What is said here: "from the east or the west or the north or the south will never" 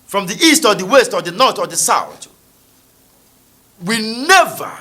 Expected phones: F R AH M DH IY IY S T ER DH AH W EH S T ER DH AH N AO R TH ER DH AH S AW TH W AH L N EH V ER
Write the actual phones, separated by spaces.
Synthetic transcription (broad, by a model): F R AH M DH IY IY S T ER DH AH W EH S T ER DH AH N AO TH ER DH AH S AW TH W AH N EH V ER